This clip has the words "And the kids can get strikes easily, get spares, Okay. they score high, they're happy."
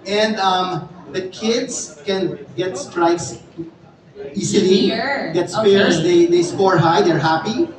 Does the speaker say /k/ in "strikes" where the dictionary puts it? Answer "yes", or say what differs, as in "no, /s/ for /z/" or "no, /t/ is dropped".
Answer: no, /k/ is dropped